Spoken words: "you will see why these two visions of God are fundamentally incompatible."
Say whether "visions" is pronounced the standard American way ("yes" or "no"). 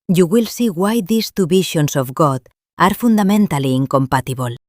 no